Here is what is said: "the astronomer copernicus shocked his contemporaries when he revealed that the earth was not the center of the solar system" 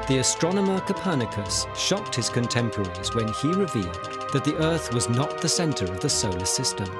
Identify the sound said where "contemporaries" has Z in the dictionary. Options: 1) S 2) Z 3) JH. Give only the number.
2